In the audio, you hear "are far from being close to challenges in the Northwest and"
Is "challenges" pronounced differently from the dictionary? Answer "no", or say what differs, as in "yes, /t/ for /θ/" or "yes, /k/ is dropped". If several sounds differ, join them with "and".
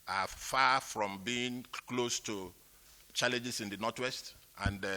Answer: yes, /s/ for /z/